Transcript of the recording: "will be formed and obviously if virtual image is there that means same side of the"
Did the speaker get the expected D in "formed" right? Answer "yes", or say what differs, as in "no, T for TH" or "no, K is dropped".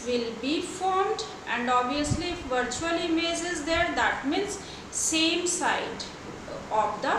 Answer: yes